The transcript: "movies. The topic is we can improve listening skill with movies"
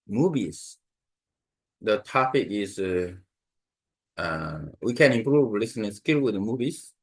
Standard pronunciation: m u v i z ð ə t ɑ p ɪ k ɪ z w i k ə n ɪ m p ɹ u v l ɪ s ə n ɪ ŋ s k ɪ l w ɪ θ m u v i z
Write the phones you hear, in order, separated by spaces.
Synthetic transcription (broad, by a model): m u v i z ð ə t ɑ p ɪ k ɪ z w i k ə n ɪ m p ɹ u v l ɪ s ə n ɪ s k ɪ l w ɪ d m u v i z